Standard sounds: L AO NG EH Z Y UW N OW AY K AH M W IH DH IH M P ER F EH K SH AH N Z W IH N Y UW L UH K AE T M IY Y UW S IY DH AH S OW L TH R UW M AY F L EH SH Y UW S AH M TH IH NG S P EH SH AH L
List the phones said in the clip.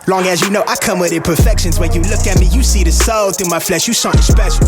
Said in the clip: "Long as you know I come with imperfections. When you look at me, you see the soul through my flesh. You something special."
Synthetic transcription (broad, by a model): L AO NG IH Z Y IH N OW AY K AH M W IH DH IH P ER F EH K SH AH N Z W IH N Y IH L UH K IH T M IY Y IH S IY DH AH S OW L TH UW M AY F L EH SH Y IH SH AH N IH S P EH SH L